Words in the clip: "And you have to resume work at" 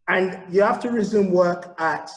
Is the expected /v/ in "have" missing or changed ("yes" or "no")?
yes